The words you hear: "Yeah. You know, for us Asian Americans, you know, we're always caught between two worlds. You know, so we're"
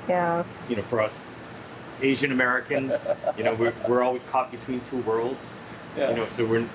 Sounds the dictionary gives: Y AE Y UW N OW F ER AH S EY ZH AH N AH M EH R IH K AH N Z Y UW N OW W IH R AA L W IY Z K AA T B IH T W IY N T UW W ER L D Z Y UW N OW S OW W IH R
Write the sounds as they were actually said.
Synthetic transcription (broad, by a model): Y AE Y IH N OW F ER AH S EY ZH AH N AH M EH R IH K AH N Z Y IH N OW W IH R AA L W IY Z K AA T B IH T W IY N T UW W ER L D Z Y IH N OW S OW W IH R